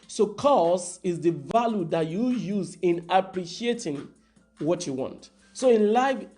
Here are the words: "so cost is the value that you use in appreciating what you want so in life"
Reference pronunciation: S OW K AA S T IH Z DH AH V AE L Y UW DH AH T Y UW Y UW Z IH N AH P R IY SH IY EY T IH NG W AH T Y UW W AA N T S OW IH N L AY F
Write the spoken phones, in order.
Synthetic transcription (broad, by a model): S OW K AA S IH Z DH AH V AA L Y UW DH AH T Y UW Y UW Z IH N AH P R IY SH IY EY T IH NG W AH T Y UW W AA N T S OW IH N L AY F